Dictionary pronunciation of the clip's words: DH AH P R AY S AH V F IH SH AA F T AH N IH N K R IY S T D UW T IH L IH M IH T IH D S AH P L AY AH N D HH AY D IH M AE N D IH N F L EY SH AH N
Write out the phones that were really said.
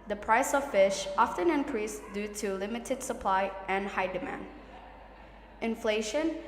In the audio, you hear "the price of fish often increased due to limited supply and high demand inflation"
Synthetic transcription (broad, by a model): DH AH P R AY S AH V F IH SH AA F T AH N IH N K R IY S D UW T IH L IH M IH T IH D S AH P L AY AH N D HH AY D IH M AE N D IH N F L EY SH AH N